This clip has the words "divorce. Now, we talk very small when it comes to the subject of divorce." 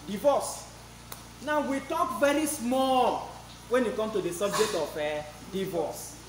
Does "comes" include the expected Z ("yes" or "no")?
no